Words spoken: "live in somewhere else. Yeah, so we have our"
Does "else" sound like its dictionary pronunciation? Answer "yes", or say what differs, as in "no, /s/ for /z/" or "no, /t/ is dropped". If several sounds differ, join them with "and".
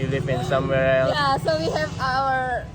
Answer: no, /s/ is dropped